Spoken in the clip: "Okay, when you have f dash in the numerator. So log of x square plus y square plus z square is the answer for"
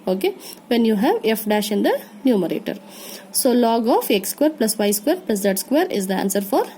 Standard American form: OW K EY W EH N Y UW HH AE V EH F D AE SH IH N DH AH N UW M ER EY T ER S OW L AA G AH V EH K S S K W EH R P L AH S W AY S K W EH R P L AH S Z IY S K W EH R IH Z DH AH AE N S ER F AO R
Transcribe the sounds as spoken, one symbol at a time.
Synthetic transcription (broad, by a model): OW K EY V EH N Y UW HH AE V EH F D AE SH IH N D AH N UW M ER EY T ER S OW L AA G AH F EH K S S K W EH R P L AH S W AY S K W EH R P L AH S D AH S K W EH R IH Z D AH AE N S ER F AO R